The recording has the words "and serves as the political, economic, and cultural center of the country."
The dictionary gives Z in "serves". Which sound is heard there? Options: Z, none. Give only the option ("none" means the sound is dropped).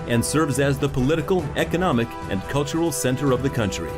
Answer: Z